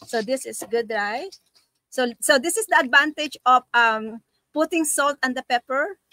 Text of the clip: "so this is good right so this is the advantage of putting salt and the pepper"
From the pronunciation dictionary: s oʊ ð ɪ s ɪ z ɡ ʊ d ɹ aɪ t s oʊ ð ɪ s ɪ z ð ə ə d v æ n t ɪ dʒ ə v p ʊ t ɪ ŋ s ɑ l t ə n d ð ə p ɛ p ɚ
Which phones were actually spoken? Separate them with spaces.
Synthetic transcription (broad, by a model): s oʊ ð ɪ s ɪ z ɡ ʊ d ɹ aɪ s s oʊ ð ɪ s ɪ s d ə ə d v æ n t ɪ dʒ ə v p ʊ t ɪ ŋ s ɑ l t ə n d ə p ɛ p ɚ